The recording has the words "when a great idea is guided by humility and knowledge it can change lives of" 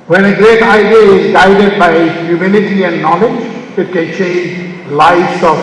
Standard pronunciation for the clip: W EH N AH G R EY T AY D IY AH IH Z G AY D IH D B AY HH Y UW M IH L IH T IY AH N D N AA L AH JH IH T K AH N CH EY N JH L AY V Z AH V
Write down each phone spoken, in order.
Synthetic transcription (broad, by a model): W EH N AH G R EY T AY D IY AH IH Z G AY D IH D B AY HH Y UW M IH N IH T IY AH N N AA L AH JH IH T K AH N CH EY N JH L AY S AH